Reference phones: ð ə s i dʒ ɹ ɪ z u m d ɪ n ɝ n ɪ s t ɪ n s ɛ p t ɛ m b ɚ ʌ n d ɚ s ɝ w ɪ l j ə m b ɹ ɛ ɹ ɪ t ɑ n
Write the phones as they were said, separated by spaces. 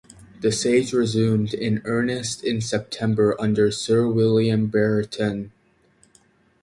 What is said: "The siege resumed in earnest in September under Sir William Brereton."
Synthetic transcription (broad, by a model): ð ə s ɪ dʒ ɹ ɪ z u m d ɪ n ɝ n ɪ s t ɪ n s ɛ p t ɛ m b ɚ ʌ n d ɚ s ɝ w ɪ l j ə m b ɛ ɹ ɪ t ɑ n